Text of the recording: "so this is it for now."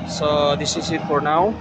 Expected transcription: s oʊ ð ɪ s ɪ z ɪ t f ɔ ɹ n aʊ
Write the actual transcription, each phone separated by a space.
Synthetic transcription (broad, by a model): s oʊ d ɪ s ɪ s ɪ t p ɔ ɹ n aʊ